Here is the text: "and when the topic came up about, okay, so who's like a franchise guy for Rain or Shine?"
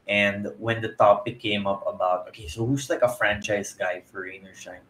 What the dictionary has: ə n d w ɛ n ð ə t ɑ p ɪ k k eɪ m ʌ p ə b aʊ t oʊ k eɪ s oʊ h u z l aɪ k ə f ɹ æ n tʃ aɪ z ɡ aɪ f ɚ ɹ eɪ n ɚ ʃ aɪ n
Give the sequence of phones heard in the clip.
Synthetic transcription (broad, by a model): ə n d w ɛ n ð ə t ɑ p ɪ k k eɪ m ʌ p ə b aʊ t oʊ k eɪ s oʊ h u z l aɪ k ə f ɹ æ n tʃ aɪ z ɡ aɪ f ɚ ɹ eɪ n ɚ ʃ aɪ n